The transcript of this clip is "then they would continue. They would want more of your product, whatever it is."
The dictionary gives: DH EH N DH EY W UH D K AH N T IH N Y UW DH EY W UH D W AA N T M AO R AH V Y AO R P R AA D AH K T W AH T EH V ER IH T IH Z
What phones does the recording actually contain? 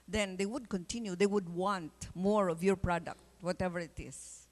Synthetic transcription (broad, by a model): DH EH N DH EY W UH D K AH N T IH N Y UW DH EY W UH D W AA N T M AO R AH V Y AO R P R AA D AH K T W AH T EH V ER IH T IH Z